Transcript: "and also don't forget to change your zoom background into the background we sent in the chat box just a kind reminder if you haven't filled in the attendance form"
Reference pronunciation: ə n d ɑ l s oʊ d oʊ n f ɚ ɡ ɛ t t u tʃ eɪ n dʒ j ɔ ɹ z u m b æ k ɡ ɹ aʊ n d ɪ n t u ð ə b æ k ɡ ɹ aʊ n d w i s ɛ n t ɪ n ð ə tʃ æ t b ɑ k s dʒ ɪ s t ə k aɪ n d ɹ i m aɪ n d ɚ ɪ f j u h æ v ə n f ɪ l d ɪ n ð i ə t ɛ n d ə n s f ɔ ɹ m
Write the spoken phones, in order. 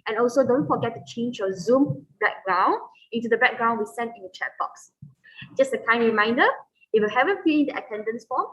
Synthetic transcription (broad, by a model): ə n ɑ l s oʊ d oʊ n f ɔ ɡ ɛ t t u tʃ eɪ n dʒ j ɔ z u m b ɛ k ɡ ɹ aʊ n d ɪ n t u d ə b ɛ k ɡ ɹ aʊ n w i s ɛ n t ɪ n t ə tʃ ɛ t b ɑ k s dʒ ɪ s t ə k aɪ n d ɹ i m aɪ n d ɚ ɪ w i h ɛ v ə n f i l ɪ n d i ə t ɛ n d ə n s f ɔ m